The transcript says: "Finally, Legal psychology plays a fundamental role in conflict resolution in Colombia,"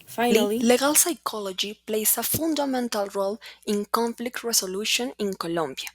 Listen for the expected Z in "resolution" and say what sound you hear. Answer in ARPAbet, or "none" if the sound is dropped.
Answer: S